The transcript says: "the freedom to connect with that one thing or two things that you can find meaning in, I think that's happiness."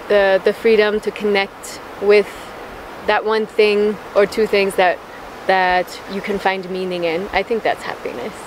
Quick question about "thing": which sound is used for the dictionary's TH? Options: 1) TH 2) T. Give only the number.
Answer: 1